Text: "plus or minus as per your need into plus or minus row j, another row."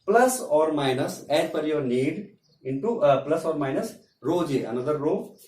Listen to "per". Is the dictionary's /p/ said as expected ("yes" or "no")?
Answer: no